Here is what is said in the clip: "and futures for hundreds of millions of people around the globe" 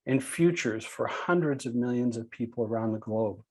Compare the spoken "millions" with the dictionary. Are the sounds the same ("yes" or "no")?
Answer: yes